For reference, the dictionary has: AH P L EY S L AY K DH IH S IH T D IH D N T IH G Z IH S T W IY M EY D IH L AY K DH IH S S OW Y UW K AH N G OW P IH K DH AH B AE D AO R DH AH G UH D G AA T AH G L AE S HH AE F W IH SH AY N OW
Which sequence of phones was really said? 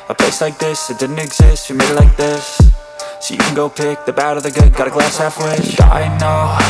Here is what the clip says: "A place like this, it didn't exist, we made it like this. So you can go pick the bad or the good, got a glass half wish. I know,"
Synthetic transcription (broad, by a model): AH P L EY S L AY K DH IH S IH T D IH D N T IH G Z IH S T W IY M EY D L L AY K DH IH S S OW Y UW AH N G OW P IH K DH AH B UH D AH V DH AH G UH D G AA T AH G L AE S HH AE F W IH AY N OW